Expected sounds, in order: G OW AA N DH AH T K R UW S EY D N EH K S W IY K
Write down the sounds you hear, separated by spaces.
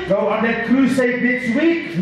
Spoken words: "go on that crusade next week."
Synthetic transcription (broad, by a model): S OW AA N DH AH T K L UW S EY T N EH K S W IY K